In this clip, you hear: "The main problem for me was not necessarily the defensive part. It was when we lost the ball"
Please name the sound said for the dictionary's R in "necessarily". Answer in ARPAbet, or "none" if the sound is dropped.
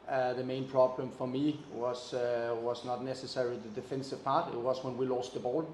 R